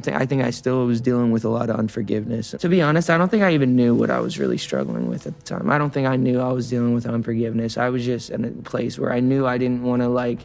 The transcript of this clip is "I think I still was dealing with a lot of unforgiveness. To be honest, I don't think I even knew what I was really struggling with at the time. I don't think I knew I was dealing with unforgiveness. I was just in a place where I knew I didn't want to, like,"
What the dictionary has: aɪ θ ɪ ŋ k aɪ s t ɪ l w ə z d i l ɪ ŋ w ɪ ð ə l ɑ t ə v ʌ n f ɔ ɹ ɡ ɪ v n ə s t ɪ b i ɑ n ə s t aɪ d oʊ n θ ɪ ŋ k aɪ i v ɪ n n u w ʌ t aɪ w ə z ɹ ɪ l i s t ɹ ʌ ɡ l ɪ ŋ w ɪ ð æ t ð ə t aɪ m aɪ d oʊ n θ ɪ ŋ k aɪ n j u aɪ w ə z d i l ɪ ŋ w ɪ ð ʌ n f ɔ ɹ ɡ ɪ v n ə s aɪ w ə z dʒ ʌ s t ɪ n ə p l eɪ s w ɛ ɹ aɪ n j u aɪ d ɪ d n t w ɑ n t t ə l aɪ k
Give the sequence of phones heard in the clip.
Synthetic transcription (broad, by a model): aɪ θ ɪ ŋ k aɪ s t ɪ l w ə z d i l ɪ ŋ w ɪ ð ə l ɑ t ə v ʌ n f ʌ ɹ ɡ ɪ v n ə s t ɪ b i ɑ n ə s t aɪ d oʊ n θ ɪ ŋ k aɪ i v ɪ n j u w ʌ t aɪ w ə z ɹ ɪ l i s t ɹ ʌ ɡ l ɪ ŋ w ɪ ð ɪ t ð ə t aɪ m aɪ d oʊ n θ ɪ ŋ k aɪ n j u aɪ w ə z d i l ɪ ŋ w ɪ ð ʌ n f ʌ ɹ ɡ ɪ v n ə s aɪ w ə z dʒ ʌ s t ɪ n ə p l eɪ s w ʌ ɹ aɪ n j u aɪ d ɪ d n t w ɑ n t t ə l aɪ k